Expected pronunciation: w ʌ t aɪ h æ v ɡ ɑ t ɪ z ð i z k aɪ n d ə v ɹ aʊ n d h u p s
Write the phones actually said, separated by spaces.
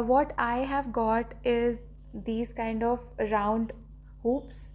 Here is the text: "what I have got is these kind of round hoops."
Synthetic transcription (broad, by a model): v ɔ t aɪ h æ v ɡ ɑ t ɪ z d i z k aɪ n d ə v ɹ aʊ n d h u p s